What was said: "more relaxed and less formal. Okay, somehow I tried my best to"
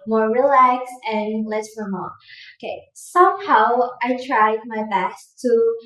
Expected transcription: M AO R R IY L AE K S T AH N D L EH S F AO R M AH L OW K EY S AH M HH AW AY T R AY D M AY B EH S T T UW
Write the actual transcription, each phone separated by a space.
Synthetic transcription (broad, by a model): M AO R R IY L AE K S AH N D L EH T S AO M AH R OW K EY S AH M HH AW AY T R AY D M AY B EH S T T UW